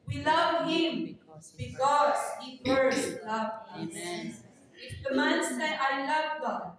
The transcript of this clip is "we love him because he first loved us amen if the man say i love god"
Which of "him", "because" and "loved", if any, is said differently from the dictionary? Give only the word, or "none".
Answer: loved